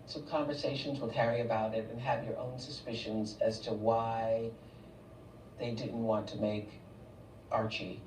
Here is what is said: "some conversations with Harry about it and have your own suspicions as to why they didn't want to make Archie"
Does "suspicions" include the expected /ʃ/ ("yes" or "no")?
yes